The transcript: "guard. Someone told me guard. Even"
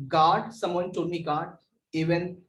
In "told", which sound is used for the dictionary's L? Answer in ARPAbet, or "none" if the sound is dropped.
none